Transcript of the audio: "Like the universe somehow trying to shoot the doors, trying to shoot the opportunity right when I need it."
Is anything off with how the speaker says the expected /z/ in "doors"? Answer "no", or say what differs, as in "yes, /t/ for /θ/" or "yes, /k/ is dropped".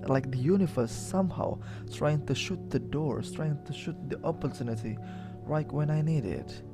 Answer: yes, /z/ is dropped